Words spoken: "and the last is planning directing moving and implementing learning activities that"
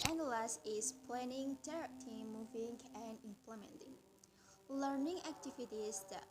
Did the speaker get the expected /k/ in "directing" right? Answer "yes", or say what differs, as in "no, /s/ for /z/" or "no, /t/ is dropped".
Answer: no, /k/ is dropped